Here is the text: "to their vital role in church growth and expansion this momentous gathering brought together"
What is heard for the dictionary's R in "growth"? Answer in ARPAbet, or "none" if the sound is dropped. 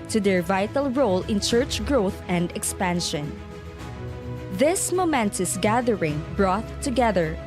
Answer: R